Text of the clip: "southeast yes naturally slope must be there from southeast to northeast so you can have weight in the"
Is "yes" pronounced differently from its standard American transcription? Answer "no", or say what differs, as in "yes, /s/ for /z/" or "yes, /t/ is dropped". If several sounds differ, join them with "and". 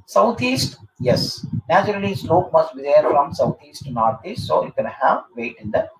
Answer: no